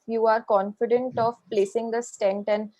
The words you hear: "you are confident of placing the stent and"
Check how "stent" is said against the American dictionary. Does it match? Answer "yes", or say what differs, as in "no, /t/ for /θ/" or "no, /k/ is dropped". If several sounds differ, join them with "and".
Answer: yes